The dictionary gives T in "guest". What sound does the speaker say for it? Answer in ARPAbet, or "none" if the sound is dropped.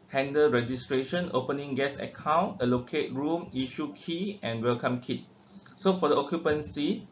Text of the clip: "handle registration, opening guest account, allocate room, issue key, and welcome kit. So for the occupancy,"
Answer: none